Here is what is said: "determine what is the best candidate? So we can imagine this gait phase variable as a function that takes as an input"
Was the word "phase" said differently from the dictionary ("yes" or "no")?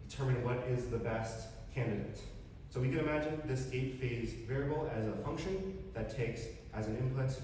no